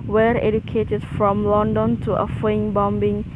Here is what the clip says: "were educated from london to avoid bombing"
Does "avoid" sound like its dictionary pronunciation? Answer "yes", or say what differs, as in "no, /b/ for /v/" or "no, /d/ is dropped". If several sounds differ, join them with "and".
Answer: no, /f/ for /v/